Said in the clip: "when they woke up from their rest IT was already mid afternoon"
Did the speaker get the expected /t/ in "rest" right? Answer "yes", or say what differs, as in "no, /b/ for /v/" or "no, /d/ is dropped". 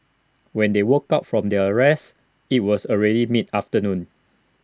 no, /t/ is dropped